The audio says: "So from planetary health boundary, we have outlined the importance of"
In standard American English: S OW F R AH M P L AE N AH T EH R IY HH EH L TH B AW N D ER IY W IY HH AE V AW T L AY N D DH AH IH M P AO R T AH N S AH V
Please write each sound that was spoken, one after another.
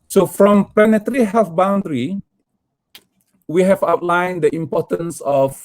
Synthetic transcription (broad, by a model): S OW F R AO M P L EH N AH T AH R IY HH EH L F B AW N D ER IY W IY HH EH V AW T L AY N D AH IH M P AO T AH N S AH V